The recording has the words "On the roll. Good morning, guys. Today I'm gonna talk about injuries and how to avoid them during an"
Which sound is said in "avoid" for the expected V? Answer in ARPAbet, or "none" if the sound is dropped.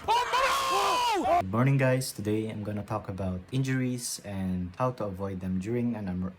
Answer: V